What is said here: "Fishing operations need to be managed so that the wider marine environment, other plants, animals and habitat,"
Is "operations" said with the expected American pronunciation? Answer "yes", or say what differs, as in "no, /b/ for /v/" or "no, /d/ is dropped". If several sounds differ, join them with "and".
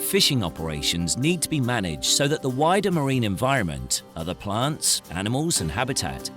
yes